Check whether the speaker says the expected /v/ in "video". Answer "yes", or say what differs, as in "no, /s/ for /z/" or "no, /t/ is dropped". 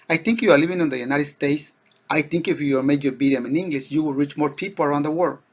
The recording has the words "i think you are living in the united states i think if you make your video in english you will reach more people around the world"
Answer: no, /b/ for /v/